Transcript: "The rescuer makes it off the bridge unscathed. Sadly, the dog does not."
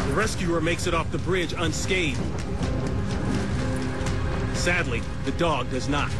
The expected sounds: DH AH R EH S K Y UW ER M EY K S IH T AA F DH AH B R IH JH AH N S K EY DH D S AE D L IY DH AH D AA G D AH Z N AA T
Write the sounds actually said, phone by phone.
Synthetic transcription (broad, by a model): DH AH R EH S K Y UW ER M EY K S IH T AA F DH AH B R IH JH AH N S K EY D S AE D L IY DH AH D AA G D AH Z N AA T